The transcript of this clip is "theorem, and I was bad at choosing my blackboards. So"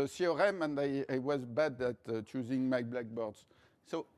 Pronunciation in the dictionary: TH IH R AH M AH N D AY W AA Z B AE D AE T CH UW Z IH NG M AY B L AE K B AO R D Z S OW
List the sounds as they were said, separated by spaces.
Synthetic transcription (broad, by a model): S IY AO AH M AH N D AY W AA Z B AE D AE T CH UW Z IH NG M AY B L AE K B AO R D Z S OW